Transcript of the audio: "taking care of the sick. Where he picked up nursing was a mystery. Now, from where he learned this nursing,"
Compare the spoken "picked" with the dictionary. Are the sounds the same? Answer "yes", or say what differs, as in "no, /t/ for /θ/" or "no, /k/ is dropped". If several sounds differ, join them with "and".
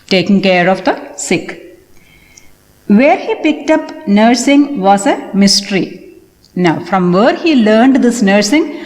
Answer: yes